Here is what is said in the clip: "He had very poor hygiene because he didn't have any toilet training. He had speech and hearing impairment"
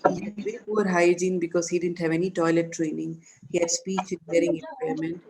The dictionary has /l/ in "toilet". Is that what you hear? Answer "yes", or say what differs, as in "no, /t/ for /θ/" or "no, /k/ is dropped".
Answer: yes